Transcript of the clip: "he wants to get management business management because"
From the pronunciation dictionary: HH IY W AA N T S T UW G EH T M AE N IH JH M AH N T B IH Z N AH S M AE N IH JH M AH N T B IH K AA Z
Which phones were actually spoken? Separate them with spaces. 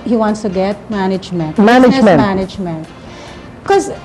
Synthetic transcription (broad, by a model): HH IY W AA N T S T UW G EH T M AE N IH JH M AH N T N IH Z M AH M AE N IH JH M AH N T K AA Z